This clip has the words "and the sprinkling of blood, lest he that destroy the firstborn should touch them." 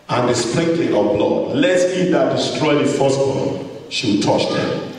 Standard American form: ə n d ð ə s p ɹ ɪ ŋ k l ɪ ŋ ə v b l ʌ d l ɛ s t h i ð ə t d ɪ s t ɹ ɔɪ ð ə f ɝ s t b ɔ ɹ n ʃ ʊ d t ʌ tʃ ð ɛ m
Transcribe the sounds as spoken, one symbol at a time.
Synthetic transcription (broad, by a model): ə n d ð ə s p ɹ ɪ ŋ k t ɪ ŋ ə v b l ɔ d l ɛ t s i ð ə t d ɪ s t ɹ ɔɪ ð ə f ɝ s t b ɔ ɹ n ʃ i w t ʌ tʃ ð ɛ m